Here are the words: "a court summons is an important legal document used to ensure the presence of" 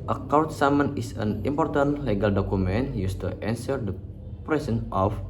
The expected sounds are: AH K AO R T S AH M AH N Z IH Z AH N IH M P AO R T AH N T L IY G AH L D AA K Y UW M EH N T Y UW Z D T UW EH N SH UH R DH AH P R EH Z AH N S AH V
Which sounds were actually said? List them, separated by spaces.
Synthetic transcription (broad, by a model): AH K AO W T S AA M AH N IH S AH N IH M P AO R T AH N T L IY G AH L D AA K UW M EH N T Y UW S T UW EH N S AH R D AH P R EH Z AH N AH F